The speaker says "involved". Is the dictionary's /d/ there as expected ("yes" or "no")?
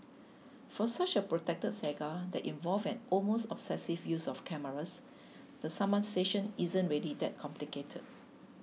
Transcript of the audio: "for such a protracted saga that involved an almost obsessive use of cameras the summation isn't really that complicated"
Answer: no